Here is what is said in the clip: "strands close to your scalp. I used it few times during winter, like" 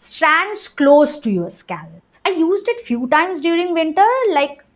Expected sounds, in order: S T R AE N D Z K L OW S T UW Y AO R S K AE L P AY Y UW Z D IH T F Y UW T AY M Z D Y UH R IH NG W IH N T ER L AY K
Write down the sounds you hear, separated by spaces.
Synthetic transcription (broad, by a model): S T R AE N D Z K L OW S T UW Y AO R S K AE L AY Y UW Z D IH T F Y UW T AY M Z D Y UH R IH NG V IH N T ER L AY K